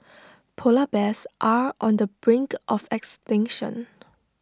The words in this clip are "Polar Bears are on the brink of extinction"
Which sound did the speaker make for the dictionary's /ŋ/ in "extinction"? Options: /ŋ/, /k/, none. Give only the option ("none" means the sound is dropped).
/ŋ/